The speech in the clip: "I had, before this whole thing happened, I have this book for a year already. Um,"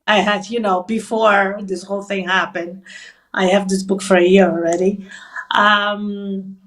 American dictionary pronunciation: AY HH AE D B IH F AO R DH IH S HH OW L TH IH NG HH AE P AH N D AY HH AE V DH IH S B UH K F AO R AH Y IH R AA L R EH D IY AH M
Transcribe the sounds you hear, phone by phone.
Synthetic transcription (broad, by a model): AY HH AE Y B IH F AO R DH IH S HH OW L TH IH NG HH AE P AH N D AY HH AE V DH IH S B UH K F AO R AH Y IH R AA L R EH D IY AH M